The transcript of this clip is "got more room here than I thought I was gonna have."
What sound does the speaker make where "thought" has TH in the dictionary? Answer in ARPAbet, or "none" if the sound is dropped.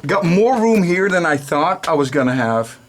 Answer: TH